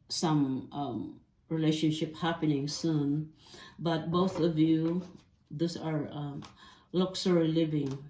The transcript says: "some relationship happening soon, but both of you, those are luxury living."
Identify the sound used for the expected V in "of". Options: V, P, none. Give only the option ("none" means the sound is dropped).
V